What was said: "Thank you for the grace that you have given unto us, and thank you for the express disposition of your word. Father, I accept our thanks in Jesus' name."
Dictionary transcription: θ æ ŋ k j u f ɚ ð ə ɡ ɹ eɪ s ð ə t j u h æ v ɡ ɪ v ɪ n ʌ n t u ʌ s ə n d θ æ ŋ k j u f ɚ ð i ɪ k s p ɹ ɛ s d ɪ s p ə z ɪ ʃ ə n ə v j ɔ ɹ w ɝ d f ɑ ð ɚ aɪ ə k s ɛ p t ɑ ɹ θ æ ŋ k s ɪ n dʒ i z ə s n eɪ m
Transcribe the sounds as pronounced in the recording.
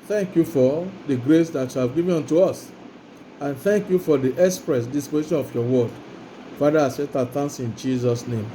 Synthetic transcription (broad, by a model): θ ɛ ŋ k j u f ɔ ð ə ɡ ɹ eɪ s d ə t j u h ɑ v ɡ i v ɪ ɔ n t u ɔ s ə n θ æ ŋ k j u f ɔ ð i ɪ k s p ɹ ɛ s d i s p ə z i ʃ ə n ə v j ɔ w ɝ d f ɑ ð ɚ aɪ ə s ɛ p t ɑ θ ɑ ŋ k s ɪ n dʒ i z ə s n eɪ m